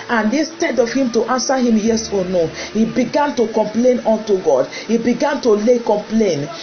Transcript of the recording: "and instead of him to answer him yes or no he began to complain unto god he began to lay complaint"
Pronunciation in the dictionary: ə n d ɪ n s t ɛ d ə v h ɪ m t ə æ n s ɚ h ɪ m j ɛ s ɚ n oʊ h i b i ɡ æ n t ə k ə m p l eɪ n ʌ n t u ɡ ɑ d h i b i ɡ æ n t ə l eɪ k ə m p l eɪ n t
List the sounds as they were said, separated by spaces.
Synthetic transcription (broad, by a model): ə n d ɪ s t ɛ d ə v h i m t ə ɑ n s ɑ h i m j ɛ s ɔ n oʊ h i b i ɡ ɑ n t ə k ə m p l eɪ n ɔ n t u ɡ ɑ d h i b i ɡ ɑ n t ə l eɪ k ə m p l eɪ n